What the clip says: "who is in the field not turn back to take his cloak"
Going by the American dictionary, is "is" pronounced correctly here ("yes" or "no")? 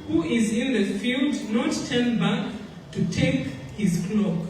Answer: yes